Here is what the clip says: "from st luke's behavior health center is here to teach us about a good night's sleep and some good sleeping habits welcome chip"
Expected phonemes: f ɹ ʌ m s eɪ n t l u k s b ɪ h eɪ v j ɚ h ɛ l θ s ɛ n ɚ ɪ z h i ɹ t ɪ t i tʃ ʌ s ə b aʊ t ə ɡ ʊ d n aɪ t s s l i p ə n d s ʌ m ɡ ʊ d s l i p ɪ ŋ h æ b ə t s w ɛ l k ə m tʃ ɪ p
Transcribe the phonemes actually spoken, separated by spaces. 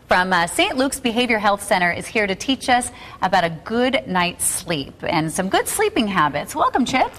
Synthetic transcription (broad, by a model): f ɹ ʌ m s eɪ n t l u k s b ɪ h eɪ v j ɚ h ɛ l θ s ɛ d ɚ ɪ z h i ɹ t ɪ t i tʃ ʌ s ə b aʊ t ə ɡ ʊ d n aɪ t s s l i p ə n s ʌ m ɡ ʊ d s l i p ɪ ŋ h æ b ə t s w ɛ l k ə m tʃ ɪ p